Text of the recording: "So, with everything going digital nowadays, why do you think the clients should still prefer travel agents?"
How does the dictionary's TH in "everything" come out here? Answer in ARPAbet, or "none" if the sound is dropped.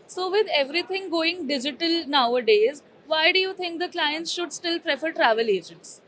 T